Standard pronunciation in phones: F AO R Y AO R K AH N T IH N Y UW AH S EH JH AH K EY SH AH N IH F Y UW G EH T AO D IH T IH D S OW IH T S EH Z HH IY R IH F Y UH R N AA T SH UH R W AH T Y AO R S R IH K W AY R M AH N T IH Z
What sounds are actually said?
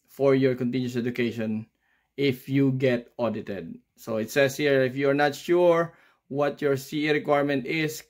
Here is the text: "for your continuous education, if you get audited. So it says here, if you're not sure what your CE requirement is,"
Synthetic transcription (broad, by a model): F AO R Y AO R K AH N T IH N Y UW S EH JH AH K EY SH AH N IH F Y UW G EH T AO D IH T IH D S OW IH T S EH S HH IY R IH F Y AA R N AA T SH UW R W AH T Y AO R S R IH K W AY R M AH N T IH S